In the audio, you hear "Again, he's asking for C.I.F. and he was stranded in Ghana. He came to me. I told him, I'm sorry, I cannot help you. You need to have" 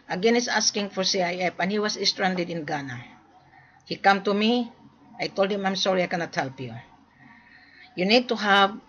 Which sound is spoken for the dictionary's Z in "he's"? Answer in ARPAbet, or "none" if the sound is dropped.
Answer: S